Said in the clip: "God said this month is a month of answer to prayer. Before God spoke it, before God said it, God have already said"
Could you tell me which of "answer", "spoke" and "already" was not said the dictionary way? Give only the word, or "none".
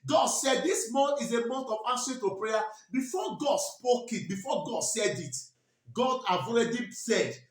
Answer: answer